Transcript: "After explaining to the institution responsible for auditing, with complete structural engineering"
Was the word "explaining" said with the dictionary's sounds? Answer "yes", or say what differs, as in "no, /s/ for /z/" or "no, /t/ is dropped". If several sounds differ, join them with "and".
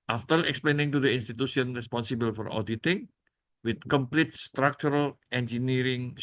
yes